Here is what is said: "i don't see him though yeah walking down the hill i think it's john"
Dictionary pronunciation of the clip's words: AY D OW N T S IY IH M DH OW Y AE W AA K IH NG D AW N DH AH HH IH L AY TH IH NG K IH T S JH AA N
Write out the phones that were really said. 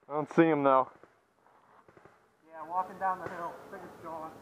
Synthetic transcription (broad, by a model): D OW N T S IY IH M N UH Y AE W AA K IH NG D AW N DH AH HH IH L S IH K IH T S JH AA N